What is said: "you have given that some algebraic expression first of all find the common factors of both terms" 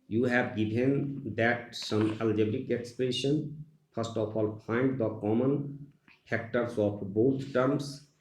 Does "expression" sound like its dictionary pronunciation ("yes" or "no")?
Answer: yes